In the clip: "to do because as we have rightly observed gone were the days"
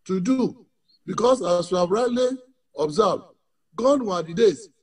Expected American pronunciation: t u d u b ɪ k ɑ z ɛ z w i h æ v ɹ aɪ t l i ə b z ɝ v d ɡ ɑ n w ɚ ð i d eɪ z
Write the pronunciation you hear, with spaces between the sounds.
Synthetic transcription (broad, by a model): t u d u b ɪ k ɑ s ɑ s w i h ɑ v ɹ aɪ t l i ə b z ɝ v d ɡ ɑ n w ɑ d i d eɪ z